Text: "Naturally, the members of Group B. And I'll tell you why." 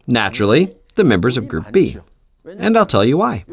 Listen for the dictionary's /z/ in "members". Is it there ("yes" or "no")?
yes